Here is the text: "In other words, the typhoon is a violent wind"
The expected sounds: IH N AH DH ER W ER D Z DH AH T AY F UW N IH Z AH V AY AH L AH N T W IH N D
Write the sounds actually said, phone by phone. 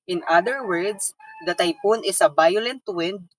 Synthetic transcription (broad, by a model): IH N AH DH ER W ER D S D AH T AY P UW N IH S AH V AY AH L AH N T W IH N D